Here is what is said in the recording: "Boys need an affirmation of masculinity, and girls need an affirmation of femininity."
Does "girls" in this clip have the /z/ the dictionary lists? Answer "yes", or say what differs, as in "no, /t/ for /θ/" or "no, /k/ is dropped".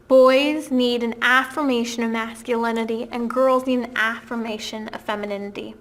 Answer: yes